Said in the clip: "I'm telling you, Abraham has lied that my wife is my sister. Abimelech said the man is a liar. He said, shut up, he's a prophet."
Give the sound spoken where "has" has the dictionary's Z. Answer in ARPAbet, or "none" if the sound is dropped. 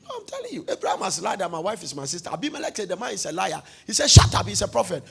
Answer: S